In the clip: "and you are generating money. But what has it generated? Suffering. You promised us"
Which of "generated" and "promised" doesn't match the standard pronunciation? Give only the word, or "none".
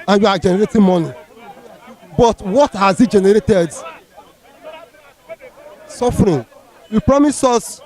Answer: promised